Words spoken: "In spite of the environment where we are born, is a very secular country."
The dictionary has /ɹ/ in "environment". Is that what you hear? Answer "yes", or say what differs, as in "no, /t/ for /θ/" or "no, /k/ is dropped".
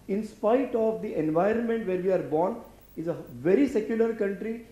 yes